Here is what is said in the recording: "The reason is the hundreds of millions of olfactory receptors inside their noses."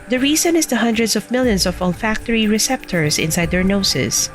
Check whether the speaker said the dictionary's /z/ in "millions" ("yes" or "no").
no